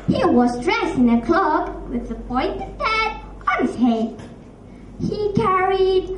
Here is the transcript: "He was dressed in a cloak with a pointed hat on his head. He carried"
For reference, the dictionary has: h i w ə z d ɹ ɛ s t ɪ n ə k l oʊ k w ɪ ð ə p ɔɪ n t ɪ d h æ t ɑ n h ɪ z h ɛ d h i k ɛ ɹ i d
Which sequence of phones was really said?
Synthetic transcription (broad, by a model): h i w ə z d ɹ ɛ s ɪ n ə k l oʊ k w ɪ ð ə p ɔɪ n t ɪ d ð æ t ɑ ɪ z h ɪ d h i k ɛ ɹ i d